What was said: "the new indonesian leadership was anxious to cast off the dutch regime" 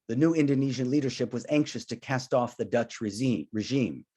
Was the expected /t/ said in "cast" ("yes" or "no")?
yes